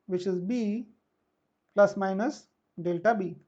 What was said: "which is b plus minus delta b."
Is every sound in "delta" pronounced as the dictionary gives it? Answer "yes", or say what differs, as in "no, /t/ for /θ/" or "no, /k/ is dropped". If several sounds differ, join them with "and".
yes